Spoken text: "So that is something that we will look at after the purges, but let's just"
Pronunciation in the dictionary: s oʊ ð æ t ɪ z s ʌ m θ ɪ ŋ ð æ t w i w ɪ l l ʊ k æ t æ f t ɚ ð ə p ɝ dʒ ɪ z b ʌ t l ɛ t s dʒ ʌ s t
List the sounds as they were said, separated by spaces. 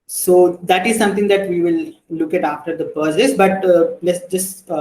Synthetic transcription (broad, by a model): s oʊ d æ t ɪ z s ʌ m t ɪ ŋ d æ t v i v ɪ l l ʊ k æ t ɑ f t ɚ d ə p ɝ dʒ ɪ s b ʌ t l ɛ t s dʒ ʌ s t